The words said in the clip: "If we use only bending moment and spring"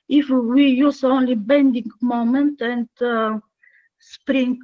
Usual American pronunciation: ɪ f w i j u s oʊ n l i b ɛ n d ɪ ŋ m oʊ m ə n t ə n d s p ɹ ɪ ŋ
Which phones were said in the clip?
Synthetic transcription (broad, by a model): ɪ f w i j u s oʊ n l i b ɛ n d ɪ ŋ m oʊ m ə n t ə n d s p ɹ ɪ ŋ